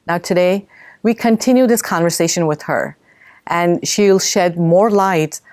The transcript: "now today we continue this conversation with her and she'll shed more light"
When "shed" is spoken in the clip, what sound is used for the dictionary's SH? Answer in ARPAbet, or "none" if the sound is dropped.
SH